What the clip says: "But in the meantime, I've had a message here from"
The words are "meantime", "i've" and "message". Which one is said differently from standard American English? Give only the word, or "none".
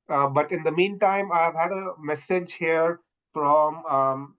none